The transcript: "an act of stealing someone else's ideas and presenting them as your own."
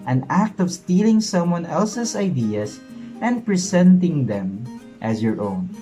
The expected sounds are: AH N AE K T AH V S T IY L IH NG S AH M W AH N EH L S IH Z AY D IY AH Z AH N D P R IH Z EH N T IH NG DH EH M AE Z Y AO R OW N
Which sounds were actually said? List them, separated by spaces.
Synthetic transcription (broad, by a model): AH N AE K T AH V S T IY L IH NG S AH M W AH N EH L S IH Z AY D IY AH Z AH N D P R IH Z EH N T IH NG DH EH M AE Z Y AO R OW N